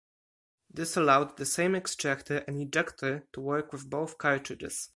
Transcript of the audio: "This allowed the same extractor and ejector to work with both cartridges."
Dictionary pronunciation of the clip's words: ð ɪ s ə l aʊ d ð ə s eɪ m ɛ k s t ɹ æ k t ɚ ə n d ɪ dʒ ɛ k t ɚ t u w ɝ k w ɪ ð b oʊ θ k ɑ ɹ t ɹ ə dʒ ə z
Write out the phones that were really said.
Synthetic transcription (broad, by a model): ð ɪ s ə l aʊ d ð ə s eɪ m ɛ k s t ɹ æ k t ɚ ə n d ɪ dʒ ɛ k t ɚ t u w ɝ k w ɪ ð b oʊ θ k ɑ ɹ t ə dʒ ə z